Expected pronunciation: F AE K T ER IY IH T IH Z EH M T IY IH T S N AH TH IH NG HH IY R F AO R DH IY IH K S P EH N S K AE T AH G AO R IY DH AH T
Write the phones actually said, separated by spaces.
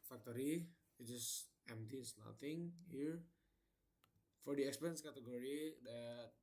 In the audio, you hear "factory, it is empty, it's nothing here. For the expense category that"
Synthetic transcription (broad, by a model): F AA K T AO IY IH T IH S EH M T IY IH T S N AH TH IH NG HH IY R F AO R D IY IH K S P EH N S K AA T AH G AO R IY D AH T